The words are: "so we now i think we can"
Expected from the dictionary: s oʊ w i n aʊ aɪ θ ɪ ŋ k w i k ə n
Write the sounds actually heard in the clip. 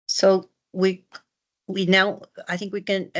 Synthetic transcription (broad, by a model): s oʊ w i n aʊ aɪ θ ɪ ŋ k w i k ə n